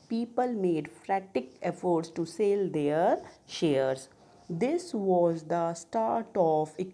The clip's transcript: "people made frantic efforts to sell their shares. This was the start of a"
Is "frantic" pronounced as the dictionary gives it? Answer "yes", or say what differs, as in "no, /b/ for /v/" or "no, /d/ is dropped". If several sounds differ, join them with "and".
no, /n/ is dropped